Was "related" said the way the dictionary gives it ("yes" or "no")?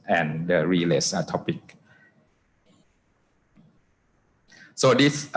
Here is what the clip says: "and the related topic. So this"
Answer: no